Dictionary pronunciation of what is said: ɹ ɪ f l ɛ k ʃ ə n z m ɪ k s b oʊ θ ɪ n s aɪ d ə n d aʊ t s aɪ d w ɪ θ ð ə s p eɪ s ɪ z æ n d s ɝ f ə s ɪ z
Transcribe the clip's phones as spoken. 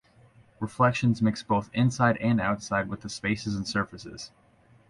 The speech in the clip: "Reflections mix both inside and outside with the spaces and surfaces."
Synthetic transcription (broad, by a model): ɹ ɪ f l ɛ k ʃ ə n z m ɪ k s b oʊ θ ɪ n s aɪ d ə n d aʊ t s aɪ d w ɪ ð ə s p eɪ s ɪ z n s ɝ f ə s ɪ z